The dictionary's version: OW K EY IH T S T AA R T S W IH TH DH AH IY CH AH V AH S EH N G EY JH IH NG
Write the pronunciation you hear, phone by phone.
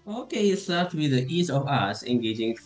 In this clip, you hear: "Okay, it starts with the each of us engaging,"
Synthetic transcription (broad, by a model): OW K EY IH T S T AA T W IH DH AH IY S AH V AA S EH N G EY JH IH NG